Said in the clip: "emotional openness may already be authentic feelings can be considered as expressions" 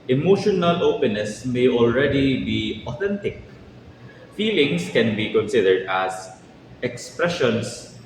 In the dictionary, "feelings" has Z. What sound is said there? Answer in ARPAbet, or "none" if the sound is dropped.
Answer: S